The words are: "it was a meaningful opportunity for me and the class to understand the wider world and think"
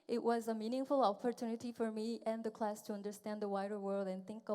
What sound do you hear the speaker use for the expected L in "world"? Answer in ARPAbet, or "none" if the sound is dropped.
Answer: L